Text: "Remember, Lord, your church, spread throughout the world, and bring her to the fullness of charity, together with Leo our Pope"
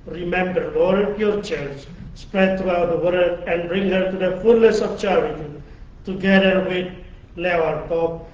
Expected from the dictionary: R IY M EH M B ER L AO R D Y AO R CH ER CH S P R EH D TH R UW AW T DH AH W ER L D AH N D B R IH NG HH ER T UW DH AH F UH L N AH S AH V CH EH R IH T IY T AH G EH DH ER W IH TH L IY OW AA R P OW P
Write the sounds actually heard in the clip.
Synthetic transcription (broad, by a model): R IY M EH M B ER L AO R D Y AO R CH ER S S P R EH D T R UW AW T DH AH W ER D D AH N D B R IH NG HH ER T UW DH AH F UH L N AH S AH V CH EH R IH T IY T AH G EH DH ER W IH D L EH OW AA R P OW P